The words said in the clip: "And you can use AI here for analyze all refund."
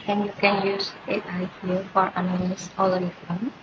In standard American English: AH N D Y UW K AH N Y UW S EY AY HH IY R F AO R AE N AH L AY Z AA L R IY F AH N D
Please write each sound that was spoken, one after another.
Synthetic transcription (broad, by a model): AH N Y UW K AH N Y UW S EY AY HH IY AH F AO R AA N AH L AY S AA L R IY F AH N